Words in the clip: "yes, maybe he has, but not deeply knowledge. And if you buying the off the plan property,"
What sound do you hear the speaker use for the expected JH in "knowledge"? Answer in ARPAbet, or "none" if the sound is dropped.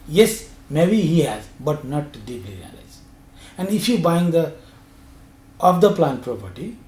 Z